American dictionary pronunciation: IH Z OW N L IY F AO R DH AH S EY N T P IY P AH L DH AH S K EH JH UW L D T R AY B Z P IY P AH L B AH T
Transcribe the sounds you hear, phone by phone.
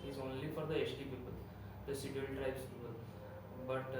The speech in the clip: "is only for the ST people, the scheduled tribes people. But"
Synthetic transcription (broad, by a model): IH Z OW N L IY F AO R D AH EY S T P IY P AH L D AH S IY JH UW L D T R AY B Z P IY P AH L B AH T